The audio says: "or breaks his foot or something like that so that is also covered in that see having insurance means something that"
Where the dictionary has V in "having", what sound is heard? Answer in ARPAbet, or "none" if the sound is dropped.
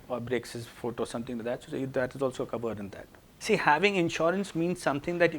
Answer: V